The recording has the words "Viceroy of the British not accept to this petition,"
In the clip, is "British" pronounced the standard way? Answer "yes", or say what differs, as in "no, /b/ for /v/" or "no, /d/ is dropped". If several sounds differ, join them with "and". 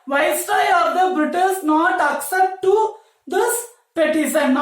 no, /s/ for /ʃ/